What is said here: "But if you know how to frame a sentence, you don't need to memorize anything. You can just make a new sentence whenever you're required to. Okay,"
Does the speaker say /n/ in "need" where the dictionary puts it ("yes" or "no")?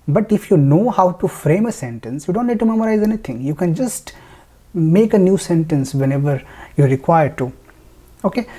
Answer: no